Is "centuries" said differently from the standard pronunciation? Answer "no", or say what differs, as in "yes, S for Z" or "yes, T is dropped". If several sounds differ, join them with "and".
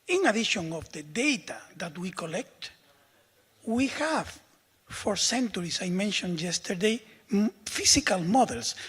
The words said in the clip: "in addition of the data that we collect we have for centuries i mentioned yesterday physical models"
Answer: yes, S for Z